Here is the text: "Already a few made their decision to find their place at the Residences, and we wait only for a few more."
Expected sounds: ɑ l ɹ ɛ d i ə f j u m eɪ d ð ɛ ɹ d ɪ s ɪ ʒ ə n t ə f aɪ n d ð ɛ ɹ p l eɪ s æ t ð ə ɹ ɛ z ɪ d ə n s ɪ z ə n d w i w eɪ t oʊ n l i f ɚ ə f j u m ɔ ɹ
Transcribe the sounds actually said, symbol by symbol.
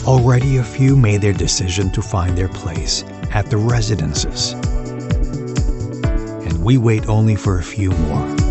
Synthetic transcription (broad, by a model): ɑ l ɹ ɛ d i ə f j u m eɪ d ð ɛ ɹ d ɪ s ɪ ʒ ə n t ə f aɪ n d ð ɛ ɹ p l eɪ s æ t ð ə ɹ ɛ z ɪ d ə n s ɪ z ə n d w i w eɪ t oʊ n l i f ɚ ə f j u m ɔ ɹ